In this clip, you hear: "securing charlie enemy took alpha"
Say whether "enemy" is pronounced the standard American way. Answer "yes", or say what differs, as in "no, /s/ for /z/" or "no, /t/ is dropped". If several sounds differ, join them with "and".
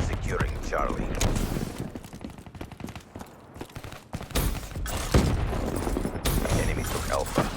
yes